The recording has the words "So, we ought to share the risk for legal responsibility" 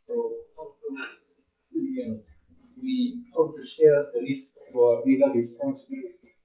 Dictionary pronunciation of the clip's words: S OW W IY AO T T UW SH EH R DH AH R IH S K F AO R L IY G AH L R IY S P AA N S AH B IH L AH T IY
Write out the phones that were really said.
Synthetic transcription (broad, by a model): S OW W IY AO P T UW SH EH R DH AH L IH S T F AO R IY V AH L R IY S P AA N S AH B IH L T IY